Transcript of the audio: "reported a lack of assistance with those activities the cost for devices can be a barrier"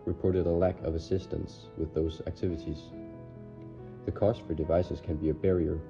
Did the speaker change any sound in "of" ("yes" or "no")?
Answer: no